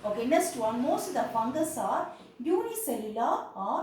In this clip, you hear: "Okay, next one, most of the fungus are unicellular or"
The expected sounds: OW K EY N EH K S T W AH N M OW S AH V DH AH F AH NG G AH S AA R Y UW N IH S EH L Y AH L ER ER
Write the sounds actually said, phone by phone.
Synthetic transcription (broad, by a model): OW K EY N EH K S T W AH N M OW S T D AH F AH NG G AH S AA R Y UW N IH S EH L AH L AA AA